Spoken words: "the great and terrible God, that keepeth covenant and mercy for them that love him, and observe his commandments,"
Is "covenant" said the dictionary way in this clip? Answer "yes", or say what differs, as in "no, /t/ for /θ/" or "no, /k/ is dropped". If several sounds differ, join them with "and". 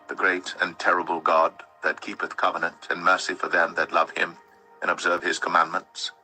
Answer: yes